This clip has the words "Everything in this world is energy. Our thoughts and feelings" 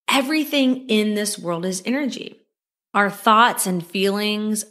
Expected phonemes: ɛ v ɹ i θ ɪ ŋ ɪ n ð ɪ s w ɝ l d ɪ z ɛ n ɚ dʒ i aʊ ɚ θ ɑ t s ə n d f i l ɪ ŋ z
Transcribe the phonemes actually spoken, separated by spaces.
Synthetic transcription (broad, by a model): ɛ v ɹ i θ ɪ ŋ ɪ n ð ɪ s w ɝ l d ɪ z ɛ n ɚ dʒ i aʊ ɚ θ ɑ t s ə n f i l ɪ ŋ z